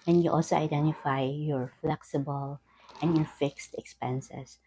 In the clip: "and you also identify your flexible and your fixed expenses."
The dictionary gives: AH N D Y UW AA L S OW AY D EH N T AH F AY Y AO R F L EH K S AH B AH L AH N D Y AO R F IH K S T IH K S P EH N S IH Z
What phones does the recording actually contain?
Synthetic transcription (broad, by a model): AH N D Y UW AA L S OW AY D EH N T AH F AY Y AO R F L EH K S AH B AH L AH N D Y AO R F IH K S T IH K S P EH N S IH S